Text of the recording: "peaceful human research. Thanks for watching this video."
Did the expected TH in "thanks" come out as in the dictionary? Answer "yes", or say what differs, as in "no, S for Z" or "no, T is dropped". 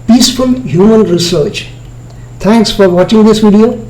no, T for TH